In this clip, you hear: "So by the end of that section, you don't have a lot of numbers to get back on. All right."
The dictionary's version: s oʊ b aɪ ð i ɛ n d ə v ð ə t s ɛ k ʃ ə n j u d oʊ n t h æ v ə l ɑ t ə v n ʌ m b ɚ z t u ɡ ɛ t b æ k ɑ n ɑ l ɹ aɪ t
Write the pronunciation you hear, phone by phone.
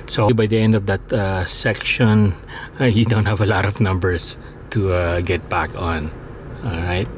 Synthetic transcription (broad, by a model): s oʊ b aɪ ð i ɛ n d ə v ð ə t s ɛ k ʃ ə n j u d oʊ n t h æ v ə l ɑ t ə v n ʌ m b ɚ s t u ɡ ɛ t b æ k ɑ n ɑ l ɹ aɪ t